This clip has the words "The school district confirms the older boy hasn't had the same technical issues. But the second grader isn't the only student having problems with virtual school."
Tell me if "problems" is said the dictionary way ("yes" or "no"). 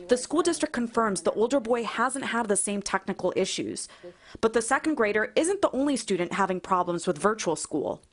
yes